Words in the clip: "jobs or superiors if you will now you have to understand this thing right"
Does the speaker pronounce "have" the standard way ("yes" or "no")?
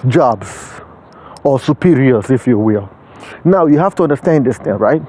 no